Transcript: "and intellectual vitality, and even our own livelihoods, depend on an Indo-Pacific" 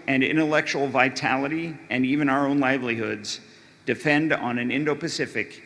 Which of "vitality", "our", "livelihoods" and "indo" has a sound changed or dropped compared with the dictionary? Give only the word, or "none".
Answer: none